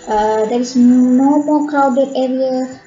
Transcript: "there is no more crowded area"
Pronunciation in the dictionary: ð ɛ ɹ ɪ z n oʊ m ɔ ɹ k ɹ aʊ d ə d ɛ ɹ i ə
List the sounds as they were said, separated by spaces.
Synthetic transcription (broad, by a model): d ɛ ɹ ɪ s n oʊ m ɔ k aʊ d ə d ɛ ɹ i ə